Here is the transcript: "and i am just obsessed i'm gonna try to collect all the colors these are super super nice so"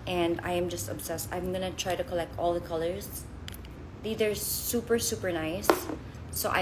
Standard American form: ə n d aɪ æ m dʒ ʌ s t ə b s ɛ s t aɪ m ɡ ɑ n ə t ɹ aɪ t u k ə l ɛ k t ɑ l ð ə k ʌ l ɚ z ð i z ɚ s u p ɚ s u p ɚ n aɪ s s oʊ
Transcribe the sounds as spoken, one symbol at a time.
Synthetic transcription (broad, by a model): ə n d aɪ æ m dʒ ʌ s t ə b s ɛ s t aɪ m ɡ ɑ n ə t ɹ aɪ t u k ə l ɛ k t ɑ l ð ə k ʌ l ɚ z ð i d ɚ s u p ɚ s u p ɚ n aɪ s s oʊ